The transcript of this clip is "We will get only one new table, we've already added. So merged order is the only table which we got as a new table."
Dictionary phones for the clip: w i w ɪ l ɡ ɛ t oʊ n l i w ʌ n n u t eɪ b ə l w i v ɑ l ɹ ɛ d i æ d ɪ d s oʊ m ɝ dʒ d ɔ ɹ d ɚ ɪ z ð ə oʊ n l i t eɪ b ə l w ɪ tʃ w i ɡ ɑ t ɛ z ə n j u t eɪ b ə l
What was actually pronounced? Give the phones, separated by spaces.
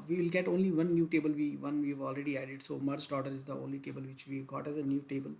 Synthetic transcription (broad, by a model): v i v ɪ l ɡ ɛ t oʊ n l i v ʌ n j u t eɪ b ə l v i v ɑ l ɹ ɛ d i æ d ɪ d s oʊ m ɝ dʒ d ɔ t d ɚ ɪ z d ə oʊ n l i t eɪ b ə l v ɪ tʃ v i ɡ ɑ t ɛ z ə n j u t eɪ b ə l